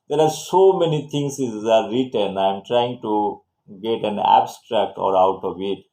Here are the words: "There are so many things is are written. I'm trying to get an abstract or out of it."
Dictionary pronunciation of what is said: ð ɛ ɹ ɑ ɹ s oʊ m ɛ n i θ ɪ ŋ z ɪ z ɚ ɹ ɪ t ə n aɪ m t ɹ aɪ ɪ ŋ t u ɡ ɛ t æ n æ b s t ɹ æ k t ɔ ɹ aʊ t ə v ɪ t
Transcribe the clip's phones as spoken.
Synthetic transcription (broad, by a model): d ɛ ɹ ɑ ɹ s oʊ m ɛ n i t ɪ ŋ s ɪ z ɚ ɹ ɪ t ə n aɪ m t ɹ aɪ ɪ ŋ t u ɡ ɛ t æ n æ b s t ɹ æ k t ɔ ɹ aʊ t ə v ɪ t